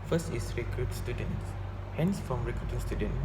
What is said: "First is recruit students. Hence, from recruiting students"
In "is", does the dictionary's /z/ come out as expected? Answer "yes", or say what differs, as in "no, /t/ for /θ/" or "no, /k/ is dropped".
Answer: no, /s/ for /z/